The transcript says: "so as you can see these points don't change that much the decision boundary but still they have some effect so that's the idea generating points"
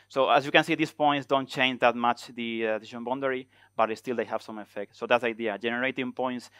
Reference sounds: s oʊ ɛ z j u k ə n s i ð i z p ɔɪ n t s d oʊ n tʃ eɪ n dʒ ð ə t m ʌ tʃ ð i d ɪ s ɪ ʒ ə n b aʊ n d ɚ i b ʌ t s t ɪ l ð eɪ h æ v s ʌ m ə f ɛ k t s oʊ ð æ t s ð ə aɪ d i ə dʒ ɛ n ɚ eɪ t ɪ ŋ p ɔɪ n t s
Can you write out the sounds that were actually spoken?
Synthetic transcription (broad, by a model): s oʊ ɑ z j u k ə n s i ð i s p ɔɪ n t s d oʊ n tʃ eɪ n dʒ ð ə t m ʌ tʃ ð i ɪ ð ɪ ʃ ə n b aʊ n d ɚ i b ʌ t s t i l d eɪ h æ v s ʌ m ə f ɛ k t s oʊ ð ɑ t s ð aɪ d i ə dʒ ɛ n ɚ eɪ t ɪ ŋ p ɔɪ n t s